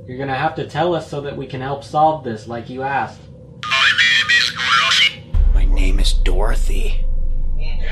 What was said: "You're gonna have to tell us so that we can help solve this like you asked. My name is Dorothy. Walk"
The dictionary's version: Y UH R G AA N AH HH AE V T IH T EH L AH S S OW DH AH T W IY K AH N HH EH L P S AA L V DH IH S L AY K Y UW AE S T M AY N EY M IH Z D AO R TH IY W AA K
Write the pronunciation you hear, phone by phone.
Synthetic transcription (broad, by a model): Y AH R G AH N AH HH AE F T IH T EH L AH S S OW DH AH T W IY K AH N HH EH L P S AA L V DH IH S L AY K Y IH AE S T M AY N EY M IH Z D AO R TH IY